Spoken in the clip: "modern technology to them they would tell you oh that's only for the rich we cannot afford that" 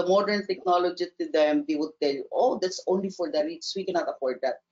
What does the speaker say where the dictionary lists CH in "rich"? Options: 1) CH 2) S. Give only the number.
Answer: 2